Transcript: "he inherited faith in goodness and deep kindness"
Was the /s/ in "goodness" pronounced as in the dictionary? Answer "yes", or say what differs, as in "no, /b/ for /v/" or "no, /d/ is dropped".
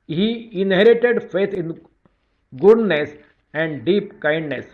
yes